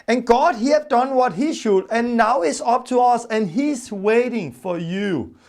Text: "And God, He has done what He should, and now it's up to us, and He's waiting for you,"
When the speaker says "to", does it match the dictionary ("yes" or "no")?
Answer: yes